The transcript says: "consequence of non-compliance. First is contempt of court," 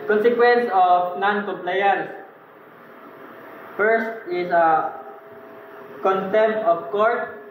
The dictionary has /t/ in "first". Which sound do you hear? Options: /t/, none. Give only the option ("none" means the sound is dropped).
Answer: /t/